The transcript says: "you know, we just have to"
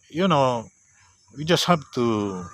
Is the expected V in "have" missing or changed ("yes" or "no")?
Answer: yes